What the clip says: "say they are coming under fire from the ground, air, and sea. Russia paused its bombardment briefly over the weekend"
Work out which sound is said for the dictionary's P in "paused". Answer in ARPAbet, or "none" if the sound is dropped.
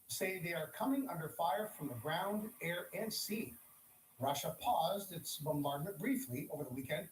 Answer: P